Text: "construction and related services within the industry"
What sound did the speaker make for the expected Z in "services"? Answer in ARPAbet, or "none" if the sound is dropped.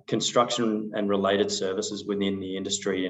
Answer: Z